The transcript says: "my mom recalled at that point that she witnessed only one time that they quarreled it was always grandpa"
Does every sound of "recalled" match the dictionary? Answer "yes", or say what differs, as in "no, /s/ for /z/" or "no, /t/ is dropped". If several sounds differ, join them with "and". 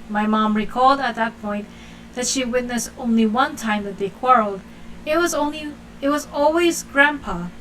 yes